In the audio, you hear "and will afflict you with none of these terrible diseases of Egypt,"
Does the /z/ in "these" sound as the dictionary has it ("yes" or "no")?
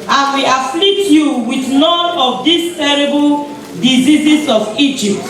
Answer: no